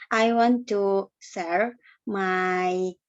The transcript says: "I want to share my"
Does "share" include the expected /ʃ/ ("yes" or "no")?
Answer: no